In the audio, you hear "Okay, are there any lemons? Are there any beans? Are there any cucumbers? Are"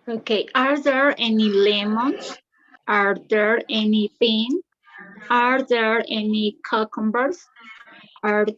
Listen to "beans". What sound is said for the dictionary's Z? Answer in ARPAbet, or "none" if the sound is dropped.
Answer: none